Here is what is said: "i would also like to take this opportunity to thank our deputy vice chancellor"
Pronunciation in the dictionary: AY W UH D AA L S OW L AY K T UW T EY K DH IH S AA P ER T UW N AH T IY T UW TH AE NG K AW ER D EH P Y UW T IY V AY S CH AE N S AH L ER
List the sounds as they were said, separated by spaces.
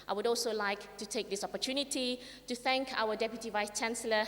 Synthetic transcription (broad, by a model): AY W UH D AA L S OW L AY K T UW T EY K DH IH S AA P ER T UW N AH T IY T UW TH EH NG K AW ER D EH P Y UW T IY V AY S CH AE N S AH L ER